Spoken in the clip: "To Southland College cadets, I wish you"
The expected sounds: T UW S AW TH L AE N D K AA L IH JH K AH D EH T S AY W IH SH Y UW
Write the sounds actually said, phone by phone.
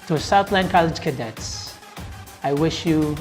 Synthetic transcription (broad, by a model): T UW S AW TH L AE N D K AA L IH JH K AH D EH T S AY W IH SH Y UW